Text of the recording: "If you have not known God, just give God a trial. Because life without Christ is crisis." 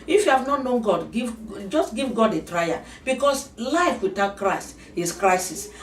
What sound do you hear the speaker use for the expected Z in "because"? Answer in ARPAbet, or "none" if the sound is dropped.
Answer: S